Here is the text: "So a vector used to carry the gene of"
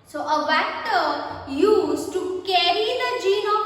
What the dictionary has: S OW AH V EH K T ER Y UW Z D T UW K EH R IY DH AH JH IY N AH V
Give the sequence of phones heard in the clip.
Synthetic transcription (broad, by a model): S OW AH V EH T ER Y UW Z T UW K EH R IY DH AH JH IY N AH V